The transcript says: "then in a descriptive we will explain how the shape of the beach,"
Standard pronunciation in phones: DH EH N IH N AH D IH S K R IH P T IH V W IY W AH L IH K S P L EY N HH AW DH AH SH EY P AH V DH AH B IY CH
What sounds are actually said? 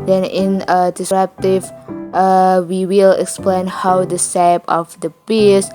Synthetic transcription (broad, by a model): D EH N IH N AH D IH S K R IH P T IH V W IY W AH L IH K S P L EY N HH AW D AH S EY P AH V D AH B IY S